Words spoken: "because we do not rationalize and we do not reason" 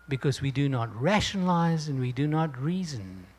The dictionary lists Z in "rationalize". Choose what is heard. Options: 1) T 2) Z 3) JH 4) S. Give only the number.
2